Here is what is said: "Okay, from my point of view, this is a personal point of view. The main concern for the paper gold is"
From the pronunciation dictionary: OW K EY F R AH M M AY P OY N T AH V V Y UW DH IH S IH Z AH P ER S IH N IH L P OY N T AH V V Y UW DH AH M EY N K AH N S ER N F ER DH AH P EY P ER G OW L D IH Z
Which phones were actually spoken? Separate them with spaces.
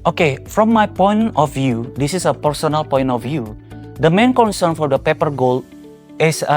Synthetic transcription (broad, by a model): OW K EY F R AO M M AY P OY N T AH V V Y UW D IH S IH S AH P ER S IH N IH L P OY N T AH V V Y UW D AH M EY N K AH N S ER N F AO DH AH P EY P ER G OW L IH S